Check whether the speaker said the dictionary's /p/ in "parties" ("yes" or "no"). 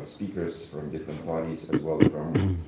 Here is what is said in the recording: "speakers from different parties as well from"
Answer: no